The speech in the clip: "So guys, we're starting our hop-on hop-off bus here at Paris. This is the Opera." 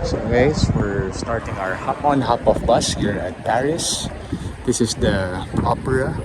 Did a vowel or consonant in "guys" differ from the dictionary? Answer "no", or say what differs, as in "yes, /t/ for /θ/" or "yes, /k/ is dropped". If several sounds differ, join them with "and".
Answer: yes, /s/ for /z/